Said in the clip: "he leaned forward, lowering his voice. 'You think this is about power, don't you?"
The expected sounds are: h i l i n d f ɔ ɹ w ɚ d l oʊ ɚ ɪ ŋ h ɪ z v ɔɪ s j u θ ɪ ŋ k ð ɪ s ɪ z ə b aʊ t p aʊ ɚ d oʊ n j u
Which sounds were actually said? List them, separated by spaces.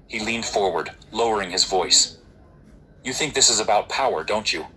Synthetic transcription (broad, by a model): h i l i n d f ɔ ɹ w ɚ d l oʊ ɚ ɪ ŋ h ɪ z v ɔɪ s j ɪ θ ɪ ŋ k ð ɪ s ɪ z ə b aʊ t p aʊ ɚ d oʊ n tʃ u